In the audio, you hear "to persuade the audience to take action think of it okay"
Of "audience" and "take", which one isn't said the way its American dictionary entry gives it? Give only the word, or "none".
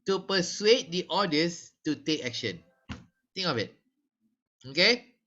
audience